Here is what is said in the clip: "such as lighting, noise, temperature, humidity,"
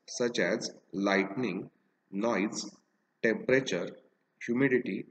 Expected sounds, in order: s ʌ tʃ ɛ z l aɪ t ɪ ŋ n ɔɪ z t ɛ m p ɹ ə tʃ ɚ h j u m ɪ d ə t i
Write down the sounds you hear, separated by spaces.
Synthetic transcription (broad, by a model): s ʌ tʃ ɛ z l aɪ t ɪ ŋ n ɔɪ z t ɛ m p ɹ ə tʃ ɚ h j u m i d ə t i